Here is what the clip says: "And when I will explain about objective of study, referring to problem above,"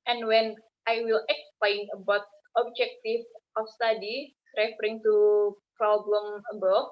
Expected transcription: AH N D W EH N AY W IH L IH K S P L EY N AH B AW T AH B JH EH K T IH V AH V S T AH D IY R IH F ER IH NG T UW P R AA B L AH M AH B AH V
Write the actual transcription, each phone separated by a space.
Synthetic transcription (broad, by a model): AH N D W EH N AY W IH L IH K S P L EY N AH B AW T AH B JH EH K T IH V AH F S T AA D IY R IH F ER IH NG T UW P R AA B L AH M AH B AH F